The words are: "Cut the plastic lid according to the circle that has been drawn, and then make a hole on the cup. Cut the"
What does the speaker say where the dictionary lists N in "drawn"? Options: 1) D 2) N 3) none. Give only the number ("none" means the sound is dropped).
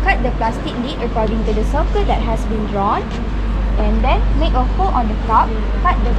2